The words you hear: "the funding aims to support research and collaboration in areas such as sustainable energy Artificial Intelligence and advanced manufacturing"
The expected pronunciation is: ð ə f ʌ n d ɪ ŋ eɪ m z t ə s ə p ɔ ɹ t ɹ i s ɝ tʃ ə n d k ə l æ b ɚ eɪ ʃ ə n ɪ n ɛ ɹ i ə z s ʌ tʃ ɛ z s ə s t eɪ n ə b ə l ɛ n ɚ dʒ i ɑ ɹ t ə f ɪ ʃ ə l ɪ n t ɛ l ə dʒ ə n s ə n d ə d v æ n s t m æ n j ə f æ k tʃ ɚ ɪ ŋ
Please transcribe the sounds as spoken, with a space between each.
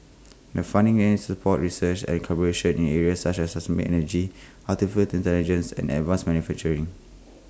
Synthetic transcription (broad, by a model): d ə f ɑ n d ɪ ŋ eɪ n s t s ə p ɔ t ɹ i s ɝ tʃ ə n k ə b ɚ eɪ ʃ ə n ɪ n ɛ ɹ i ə s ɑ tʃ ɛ s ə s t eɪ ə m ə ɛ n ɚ dʒ i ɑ l t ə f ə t ɪ n t ɛ l ə dʒ ə n s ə n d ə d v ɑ n s m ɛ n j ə f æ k tʃ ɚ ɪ ŋ